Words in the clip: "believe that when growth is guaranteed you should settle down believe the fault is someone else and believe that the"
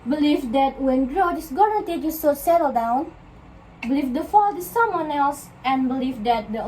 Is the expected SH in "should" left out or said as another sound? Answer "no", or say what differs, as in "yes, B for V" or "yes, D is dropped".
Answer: yes, S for SH